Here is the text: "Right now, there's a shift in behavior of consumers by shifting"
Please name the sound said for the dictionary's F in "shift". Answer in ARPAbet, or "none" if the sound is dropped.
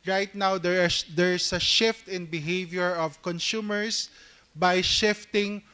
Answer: F